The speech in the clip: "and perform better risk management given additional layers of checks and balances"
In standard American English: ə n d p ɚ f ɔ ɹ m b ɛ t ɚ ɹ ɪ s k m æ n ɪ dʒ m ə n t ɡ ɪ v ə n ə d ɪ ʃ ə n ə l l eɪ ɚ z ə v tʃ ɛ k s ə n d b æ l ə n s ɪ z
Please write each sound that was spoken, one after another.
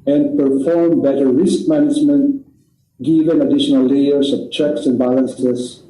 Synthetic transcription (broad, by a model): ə n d p ɚ f ɔ ɹ m b ɛ t ɚ ɹ ɪ s k m æ n ɪ dʒ m ə n t ɡ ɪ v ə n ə d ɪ ʃ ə n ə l l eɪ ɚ s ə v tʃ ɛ k s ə n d b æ l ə n s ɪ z